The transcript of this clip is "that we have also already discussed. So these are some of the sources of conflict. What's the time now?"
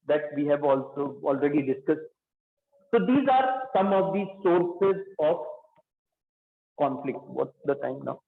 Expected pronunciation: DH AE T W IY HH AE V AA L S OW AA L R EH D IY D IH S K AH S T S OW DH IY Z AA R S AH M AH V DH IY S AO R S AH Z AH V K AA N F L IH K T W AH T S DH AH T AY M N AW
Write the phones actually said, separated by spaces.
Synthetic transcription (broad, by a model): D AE T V IY HH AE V AA L S OW AA L R EH D IY D IH S K AH S T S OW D IY Z AA R S AH M AH V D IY S AO R S AH Z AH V K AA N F L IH K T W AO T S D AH T AY M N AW